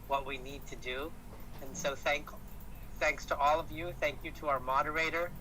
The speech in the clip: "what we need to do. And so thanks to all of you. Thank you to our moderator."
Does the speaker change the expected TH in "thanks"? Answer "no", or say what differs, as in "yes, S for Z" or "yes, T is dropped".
no